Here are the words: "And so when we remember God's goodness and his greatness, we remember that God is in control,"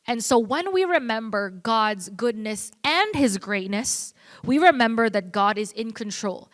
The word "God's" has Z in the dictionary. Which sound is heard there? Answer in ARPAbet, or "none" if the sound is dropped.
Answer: Z